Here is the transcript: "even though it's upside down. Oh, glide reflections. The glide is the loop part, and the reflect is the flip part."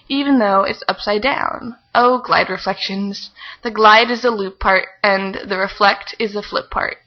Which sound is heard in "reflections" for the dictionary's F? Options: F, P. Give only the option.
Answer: F